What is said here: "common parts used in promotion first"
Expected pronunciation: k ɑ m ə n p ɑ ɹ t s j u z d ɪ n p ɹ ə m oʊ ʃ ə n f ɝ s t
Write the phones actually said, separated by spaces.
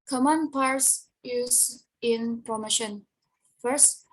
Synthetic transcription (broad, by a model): k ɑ m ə n p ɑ ɹ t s j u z ɪ n p ɹ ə m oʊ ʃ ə n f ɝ s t